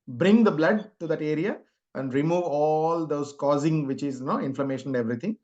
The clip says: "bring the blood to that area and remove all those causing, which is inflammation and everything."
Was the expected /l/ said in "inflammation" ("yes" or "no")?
yes